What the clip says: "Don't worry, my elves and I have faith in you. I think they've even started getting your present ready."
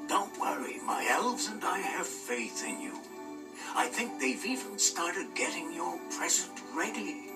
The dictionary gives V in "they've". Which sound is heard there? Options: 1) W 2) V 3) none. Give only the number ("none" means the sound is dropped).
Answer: 2